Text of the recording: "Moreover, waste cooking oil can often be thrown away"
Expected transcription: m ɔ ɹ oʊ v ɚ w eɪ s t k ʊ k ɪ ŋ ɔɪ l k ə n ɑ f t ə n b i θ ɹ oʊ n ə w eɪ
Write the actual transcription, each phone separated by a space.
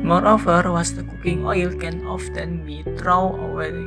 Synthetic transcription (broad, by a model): m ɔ ɹ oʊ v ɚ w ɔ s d k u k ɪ ŋ ɔɪ l k ə n ɑ f t ə n b i t ɹ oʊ ə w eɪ